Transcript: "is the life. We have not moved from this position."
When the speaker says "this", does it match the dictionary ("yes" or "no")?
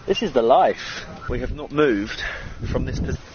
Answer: yes